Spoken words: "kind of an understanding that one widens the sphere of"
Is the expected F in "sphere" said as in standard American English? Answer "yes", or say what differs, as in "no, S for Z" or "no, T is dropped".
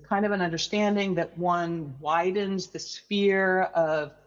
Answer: yes